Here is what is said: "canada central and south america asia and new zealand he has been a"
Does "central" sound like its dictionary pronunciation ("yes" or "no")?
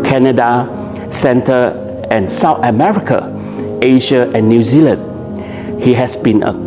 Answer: no